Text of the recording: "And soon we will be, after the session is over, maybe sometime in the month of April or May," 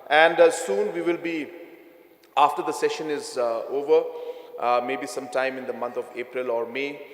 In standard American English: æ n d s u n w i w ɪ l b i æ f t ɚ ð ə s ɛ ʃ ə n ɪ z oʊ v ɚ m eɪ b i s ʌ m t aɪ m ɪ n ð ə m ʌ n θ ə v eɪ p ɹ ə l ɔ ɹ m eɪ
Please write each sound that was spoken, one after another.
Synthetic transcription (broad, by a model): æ n d s u n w i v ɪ l b i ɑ f t ɚ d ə s ɛ ʃ ə n ɪ z oʊ v ɚ m eɪ b i s ʌ m t aɪ m ɪ n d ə m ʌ n t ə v eɪ p ɹ ə l ɔ ɹ m eɪ